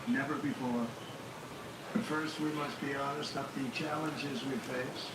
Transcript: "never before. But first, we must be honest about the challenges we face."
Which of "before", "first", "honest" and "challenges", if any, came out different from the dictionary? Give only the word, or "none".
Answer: none